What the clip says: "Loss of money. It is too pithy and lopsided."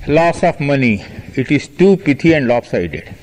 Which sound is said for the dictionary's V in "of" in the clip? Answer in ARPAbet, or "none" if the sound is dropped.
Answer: F